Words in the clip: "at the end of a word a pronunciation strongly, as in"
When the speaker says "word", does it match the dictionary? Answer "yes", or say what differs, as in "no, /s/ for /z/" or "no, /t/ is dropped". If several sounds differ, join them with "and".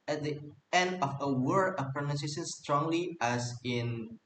no, /d/ is dropped